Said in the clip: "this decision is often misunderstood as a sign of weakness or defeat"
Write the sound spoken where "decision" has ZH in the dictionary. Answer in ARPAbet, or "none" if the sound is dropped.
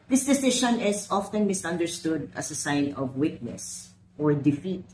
SH